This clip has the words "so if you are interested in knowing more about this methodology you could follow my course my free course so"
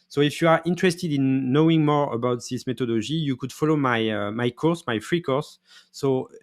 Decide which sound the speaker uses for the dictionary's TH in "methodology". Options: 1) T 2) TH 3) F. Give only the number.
1